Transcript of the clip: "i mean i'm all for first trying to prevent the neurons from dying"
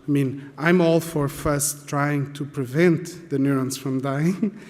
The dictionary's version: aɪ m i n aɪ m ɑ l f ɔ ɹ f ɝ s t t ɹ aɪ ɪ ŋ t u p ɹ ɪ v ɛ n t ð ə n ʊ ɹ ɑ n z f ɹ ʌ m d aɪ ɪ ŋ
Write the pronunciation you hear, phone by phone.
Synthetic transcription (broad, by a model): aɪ m i n aɪ m ɑ l f ɔ ɹ f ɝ s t t ɹ aɪ ɪ ŋ t u p ɹ ɪ v ɛ n t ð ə n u ɹ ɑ n s f ɹ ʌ m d aɪ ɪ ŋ